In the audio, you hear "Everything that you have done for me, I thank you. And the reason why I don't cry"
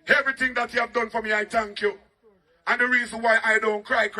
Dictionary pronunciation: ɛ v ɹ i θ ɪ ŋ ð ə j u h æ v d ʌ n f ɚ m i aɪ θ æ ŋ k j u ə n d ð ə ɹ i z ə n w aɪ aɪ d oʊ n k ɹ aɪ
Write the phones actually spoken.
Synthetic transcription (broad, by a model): ɛ v ɹ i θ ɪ ŋ ð ə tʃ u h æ v d ʌ n f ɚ m i aɪ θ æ ŋ k j u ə n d ð ə ɹ i z ə n w aɪ aɪ d oʊ n k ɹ aɪ